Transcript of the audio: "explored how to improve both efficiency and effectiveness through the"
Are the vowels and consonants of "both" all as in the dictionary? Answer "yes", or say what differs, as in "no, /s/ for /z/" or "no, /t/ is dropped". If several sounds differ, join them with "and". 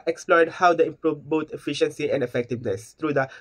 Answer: no, /t/ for /θ/